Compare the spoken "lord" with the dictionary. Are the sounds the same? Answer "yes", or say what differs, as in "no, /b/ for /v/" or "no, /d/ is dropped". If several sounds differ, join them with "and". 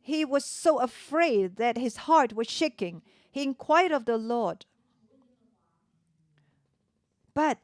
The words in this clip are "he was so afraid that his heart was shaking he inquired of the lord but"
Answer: yes